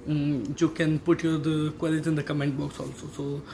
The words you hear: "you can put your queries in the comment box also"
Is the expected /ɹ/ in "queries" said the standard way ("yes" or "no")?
no